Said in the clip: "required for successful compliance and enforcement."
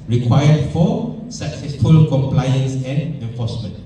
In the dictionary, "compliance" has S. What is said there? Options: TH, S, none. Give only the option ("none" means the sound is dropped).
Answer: S